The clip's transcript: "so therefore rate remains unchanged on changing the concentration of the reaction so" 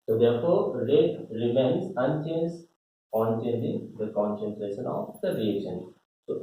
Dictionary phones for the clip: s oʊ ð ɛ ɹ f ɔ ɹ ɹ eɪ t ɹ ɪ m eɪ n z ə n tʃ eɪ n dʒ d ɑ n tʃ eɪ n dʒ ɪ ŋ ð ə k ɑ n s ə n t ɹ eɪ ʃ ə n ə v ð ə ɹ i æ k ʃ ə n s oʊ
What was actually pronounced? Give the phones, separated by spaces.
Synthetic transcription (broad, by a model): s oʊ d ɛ ɹ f ɔ ɹ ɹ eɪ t ɹ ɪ m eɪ n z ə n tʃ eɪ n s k ɑ n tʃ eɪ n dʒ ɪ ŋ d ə k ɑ n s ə n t ɹ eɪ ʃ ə n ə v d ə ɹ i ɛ ʃ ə n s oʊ